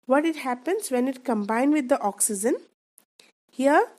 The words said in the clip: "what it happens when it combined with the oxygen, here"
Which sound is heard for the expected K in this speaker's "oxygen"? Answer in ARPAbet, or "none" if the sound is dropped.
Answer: K